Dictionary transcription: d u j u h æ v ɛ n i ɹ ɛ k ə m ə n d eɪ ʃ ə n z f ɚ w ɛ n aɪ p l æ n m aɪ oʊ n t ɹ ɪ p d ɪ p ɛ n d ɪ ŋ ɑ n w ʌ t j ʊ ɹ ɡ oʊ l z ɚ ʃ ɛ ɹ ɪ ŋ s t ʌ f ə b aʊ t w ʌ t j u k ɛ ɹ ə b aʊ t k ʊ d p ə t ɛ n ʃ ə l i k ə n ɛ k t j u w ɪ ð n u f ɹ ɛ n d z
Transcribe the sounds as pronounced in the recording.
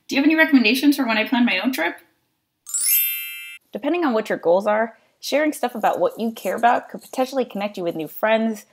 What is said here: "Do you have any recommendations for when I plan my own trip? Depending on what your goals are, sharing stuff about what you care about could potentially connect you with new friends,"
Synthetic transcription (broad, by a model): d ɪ j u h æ v ɛ n i ɹ ɛ k ə m ə n d eɪ ʃ ə n z f ɚ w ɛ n aɪ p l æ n m aɪ oʊ n t ɹ ɪ p d ɪ p ɛ n d ɪ ŋ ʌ n w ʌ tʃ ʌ ɹ ɡ oʊ l z ɚ ʃ ɛ ɹ ɪ ŋ s t ʌ f ə b aʊ t w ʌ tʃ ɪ k ɛ ɹ ə b aʊ t k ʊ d p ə t ɛ n ʃ l i k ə n ɛ k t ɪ w ɪ ð n u f ɹ ɛ n d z